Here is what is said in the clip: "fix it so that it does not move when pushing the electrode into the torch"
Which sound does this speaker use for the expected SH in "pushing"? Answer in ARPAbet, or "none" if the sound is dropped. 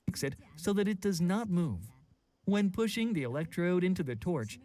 SH